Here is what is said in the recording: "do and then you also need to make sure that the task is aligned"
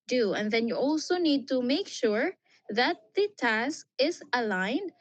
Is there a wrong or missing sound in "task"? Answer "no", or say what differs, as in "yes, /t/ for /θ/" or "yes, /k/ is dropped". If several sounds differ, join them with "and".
no